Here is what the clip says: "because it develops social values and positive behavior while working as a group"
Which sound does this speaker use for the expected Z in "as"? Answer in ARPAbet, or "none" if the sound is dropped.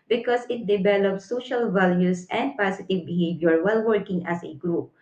S